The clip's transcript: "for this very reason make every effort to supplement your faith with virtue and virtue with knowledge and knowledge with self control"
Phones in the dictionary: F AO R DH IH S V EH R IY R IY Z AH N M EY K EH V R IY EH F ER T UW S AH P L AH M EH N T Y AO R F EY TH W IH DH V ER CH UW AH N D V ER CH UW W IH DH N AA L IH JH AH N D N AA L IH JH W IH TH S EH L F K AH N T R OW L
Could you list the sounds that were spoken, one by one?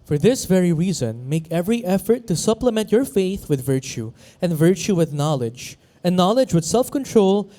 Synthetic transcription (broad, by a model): F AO R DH IH S V EH R IY R IY Z AH N M EY K EH V R IY EH F ER T UW S AH P L AH M EH N T Y AO R F EY TH W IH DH V ER CH UW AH N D V ER CH UW W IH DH N AA L IH JH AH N N AA L IH JH W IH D S EH L F K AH N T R OW L